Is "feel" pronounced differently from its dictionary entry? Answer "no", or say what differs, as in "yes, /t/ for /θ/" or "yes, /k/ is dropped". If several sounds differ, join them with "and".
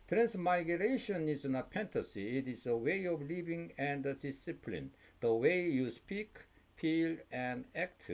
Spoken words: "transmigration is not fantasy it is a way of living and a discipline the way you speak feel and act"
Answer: yes, /p/ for /f/